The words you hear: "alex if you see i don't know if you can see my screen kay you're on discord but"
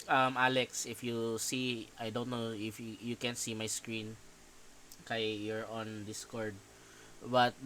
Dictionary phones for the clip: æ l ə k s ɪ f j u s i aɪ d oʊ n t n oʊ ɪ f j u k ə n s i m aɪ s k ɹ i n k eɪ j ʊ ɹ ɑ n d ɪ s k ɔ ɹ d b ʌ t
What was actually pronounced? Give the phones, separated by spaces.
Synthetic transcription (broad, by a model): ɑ l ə k s ɪ f j u s i aɪ d oʊ n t n oʊ ɪ f j u k ə n s i m aɪ s k ɹ i n k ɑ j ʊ ɹ ɑ n d ɪ s k ɔ ɹ d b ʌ t